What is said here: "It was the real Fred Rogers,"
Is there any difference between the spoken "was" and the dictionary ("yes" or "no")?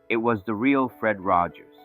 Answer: no